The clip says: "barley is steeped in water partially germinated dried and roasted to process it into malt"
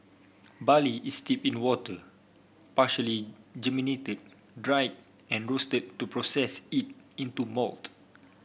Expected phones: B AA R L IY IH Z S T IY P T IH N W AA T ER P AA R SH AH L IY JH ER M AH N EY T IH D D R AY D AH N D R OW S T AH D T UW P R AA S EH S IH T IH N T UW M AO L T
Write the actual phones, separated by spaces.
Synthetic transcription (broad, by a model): B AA L IY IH S T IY P IH N W AA T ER P AA SH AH L IY JH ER M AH N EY T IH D D R AY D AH N R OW S T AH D T UW P R AA S EH S IH T IH N T UW M AO L T